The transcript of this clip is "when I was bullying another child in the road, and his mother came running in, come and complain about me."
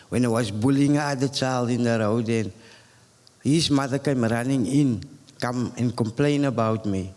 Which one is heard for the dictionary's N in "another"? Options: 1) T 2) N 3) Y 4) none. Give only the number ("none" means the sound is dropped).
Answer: 4